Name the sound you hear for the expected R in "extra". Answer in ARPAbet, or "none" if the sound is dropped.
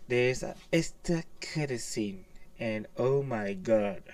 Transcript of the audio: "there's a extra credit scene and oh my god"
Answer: none